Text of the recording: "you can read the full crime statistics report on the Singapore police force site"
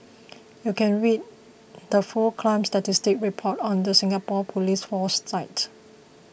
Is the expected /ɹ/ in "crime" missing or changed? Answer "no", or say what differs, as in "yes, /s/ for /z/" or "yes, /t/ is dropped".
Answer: yes, /l/ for /ɹ/